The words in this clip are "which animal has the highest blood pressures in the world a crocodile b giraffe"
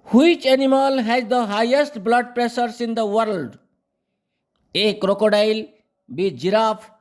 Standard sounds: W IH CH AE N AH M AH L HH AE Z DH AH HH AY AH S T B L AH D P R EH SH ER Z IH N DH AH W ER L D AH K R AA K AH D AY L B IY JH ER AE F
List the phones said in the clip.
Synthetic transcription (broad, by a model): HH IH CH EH N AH M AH L HH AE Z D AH HH AY AH S T B L AH D P R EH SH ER S IH N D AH W ER L D AH K R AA K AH D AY L B IY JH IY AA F